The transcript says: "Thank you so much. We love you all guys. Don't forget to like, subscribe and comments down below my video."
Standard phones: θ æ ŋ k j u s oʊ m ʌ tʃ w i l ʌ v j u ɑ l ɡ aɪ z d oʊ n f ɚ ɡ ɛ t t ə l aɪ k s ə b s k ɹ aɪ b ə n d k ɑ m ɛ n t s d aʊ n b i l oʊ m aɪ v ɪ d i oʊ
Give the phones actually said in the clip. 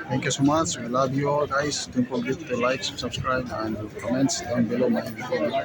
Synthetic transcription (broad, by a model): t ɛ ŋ k j u s oʊ m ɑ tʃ w i l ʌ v j u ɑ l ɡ aɪ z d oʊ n p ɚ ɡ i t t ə l aɪ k s ə b s k ɹ aɪ b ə n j k ɑ m ɛ n t s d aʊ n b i l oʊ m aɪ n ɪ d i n